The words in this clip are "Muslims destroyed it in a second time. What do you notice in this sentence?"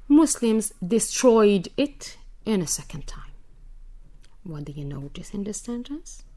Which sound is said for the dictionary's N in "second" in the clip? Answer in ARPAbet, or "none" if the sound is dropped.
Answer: N